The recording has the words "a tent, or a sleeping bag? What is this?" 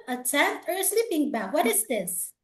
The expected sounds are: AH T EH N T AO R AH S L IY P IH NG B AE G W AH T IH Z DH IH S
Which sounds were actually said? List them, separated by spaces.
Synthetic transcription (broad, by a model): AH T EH T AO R S L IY P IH NG B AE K W AH T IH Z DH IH S